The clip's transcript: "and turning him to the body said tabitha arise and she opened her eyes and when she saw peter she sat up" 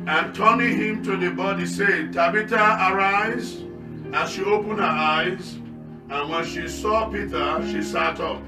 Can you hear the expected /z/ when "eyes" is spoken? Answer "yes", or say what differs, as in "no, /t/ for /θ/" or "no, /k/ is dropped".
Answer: yes